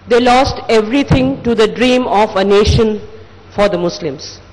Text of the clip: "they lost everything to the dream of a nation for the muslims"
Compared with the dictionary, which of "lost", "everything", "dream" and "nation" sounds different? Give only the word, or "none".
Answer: everything